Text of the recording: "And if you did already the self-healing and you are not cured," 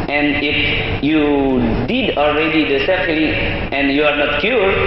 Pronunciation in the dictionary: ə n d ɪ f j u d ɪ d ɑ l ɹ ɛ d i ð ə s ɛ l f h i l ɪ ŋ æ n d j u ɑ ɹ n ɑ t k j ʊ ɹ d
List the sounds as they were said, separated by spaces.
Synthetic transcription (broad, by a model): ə n d ɪ f j u d ɪ d ɑ l ɹ ɛ d i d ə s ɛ f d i ɪ n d j u ɑ ɹ n ɑ t k j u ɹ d